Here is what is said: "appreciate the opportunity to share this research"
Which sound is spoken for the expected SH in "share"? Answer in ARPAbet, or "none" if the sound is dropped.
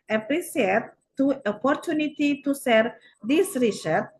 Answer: S